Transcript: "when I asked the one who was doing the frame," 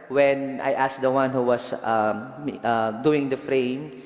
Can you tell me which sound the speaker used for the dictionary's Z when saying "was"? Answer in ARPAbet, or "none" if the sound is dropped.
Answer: S